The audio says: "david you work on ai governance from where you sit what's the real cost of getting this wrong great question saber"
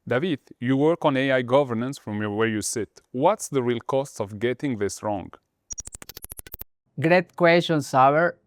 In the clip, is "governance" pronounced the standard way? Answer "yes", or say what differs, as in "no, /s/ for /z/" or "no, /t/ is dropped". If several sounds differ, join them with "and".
yes